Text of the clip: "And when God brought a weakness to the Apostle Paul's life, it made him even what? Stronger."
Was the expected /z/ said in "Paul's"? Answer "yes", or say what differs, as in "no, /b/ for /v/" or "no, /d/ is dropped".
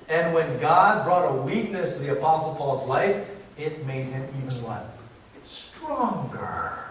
yes